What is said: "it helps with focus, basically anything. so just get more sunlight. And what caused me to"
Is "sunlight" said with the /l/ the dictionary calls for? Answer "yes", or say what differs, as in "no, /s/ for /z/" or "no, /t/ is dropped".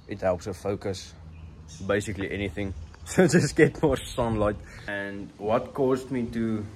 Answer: yes